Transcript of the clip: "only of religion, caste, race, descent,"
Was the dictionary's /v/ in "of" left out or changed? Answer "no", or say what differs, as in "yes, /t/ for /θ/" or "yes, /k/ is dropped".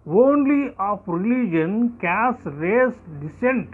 yes, /p/ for /v/